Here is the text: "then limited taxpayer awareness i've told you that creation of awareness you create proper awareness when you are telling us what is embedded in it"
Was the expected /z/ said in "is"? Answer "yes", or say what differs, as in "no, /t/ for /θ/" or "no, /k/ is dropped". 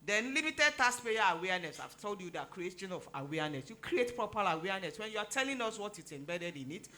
no, /s/ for /z/